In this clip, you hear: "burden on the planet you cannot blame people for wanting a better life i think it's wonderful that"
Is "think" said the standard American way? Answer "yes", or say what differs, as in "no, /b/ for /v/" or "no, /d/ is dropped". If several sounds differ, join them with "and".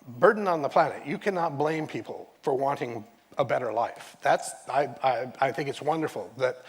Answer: yes